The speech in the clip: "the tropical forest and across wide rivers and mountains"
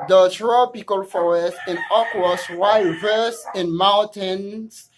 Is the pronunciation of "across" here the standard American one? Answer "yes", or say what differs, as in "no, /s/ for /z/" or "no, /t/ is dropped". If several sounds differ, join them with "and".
no, /w/ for /ɹ/